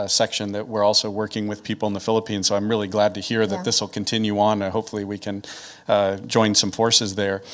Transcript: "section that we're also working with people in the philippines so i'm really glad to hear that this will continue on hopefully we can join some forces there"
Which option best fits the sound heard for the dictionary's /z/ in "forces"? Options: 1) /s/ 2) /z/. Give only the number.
2